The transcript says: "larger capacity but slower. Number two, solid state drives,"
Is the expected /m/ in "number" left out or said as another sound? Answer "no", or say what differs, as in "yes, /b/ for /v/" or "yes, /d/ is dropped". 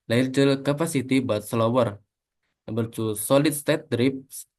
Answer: yes, /m/ is dropped